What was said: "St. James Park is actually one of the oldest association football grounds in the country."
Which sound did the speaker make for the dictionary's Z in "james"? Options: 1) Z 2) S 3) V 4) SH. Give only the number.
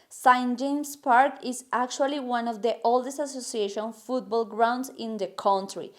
2